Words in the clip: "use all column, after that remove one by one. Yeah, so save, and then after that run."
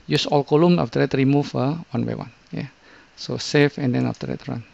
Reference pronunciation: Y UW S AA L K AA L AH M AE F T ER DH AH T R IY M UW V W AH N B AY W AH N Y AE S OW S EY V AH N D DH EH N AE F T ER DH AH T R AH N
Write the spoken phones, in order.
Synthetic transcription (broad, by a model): Y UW S AA L K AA L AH M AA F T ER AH T R IY M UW F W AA N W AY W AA N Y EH S OW S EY F AH N D EH N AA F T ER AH T R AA N